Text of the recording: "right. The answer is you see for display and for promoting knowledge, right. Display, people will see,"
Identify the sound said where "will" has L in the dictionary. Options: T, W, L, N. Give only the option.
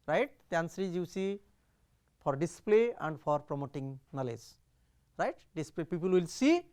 L